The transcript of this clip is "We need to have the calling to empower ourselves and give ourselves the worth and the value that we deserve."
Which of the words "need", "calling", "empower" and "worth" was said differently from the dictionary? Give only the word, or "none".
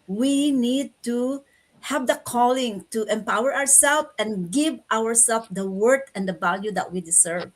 worth